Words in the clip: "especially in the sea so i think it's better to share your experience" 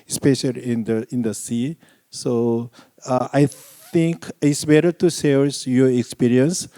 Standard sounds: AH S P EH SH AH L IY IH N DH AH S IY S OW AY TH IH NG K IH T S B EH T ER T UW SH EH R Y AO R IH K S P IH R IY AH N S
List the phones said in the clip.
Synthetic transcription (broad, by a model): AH S P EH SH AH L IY IH N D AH S IY S OW AY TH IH NG K IH T S B EH T ER T UW S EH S Y AO R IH K S P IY R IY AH N S